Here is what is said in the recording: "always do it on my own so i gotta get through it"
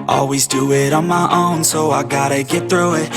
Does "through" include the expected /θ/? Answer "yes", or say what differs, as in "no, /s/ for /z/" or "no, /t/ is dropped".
yes